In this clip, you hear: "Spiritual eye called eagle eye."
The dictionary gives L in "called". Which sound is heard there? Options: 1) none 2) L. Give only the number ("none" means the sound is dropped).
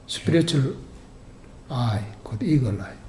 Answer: 1